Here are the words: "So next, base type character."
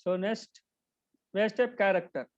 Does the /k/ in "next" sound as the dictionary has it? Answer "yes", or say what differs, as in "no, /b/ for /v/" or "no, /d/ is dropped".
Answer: no, /k/ is dropped